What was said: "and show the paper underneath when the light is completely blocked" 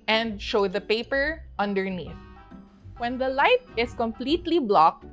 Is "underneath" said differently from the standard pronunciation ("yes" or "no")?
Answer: no